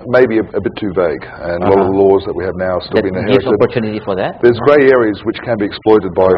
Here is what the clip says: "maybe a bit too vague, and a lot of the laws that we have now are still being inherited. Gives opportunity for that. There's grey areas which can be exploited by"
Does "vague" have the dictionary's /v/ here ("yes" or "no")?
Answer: yes